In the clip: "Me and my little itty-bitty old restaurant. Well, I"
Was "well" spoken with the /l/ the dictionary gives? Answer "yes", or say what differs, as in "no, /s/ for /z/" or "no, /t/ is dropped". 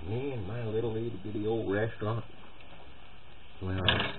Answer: no, /n/ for /l/